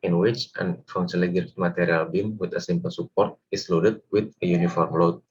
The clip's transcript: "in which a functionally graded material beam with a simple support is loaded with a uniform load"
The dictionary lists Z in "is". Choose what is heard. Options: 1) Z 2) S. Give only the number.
2